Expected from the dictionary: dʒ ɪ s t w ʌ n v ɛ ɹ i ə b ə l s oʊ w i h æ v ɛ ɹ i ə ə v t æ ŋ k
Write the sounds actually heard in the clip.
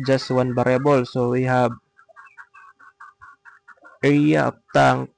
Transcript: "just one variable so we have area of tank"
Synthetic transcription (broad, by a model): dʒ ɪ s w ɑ n b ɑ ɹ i b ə l s oʊ w i h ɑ b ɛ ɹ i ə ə p t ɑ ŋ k